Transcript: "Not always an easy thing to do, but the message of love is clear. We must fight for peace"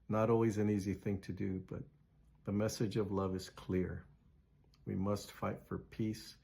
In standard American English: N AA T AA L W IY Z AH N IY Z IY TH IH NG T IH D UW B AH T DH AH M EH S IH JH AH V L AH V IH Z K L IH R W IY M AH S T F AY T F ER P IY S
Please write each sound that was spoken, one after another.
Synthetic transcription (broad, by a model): N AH T AA L W IY Z AH N IY Z IY TH IH NG T IH D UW B AH T DH AH M EH S IH JH AH V L AH V IH Z K L IH R W IY M AH S T F AY T F ER P IY S